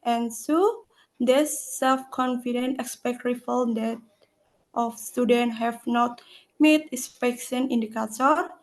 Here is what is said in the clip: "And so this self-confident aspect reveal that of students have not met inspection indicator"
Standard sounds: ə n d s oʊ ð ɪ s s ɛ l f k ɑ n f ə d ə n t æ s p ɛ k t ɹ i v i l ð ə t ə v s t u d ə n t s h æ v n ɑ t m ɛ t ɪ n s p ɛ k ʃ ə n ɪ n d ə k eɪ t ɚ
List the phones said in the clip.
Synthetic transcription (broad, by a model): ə n s oʊ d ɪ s s ɛ l f k ɑ n f ə d ə n t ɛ s p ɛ k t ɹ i f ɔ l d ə t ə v s t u d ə n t h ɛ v n ɑ t m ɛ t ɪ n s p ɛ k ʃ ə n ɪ n d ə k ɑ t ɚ